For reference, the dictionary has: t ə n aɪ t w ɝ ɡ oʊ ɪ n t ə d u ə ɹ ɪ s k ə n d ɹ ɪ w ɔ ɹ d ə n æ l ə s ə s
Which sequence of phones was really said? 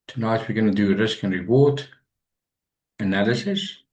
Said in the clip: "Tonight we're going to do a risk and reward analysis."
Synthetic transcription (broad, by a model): t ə n aɪ t w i ɡ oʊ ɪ n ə d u ə ɹ ɪ s k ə n ɹ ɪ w ɔ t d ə n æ l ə s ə s